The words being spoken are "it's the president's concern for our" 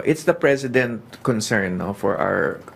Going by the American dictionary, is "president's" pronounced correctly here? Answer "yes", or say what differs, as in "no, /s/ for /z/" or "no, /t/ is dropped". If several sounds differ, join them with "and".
no, /s/ is dropped